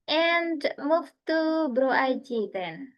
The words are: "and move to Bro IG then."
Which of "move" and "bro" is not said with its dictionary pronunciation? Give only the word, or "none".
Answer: move